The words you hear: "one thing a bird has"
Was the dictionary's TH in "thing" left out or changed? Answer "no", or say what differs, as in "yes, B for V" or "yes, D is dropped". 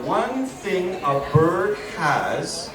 no